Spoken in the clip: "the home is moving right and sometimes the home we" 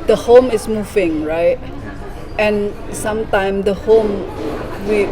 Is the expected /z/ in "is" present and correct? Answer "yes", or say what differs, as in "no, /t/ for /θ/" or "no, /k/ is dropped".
no, /s/ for /z/